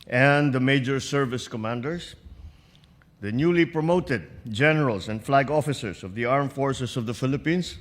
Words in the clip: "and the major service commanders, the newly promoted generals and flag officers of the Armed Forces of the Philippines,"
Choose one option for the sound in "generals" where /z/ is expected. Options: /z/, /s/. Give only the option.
/s/